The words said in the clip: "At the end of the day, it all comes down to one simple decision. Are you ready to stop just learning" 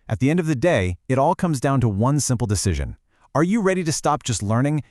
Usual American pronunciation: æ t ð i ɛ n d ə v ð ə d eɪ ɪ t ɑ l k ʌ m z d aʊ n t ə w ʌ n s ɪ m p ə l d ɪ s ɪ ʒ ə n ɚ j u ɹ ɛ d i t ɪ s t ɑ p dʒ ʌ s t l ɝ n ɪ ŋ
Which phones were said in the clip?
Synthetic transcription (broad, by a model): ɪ t ð i ɛ n d ə v ð ə d eɪ ɪ t ɑ l k ʌ m z d aʊ n t ə w ʌ n s ɪ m p l d ɪ s ɪ ʒ ə n ɚ j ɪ ɹ ɛ d i t ɪ s t ɑ p dʒ ʌ s t l ɝ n ɪ ŋ